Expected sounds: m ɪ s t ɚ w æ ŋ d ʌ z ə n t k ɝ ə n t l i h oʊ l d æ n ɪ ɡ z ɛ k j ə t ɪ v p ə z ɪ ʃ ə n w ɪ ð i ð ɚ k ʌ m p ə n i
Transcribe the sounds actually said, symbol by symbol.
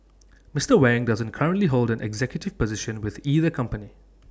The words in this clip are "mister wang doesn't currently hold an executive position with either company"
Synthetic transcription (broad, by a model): m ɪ s t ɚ w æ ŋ d ʌ z ə n t k ɝ ə n t l i h oʊ l d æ n ɪ ɡ z ɛ k j ə t ɪ v p ə z ɪ ʃ ə n w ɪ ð i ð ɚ k ʌ m p ə n i